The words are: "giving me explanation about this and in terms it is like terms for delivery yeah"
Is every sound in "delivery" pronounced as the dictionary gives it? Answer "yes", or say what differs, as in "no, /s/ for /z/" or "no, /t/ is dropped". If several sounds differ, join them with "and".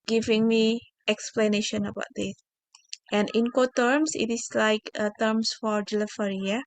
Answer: no, /f/ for /v/